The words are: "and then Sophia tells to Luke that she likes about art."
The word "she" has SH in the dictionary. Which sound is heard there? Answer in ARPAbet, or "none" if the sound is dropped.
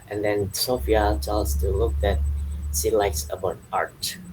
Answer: S